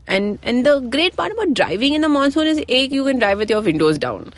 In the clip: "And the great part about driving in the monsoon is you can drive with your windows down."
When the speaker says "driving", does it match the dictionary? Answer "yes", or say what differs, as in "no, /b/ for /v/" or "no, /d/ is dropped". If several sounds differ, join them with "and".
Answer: yes